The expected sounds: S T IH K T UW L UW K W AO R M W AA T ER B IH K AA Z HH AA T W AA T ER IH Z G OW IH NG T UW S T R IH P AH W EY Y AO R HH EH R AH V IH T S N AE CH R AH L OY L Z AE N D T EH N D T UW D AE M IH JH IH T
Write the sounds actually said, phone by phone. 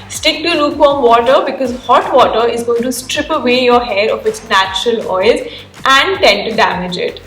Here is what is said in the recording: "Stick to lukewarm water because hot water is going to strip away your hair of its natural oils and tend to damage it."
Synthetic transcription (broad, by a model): S T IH K T UW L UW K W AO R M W AA T ER B IH K AA Z HH AA T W AA T ER IH Z G OW IH NG T UW S T R IH P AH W EY Y AO R HH EH R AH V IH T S N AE CH R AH L OY L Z AE N D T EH N T UW D AE M IH JH IH T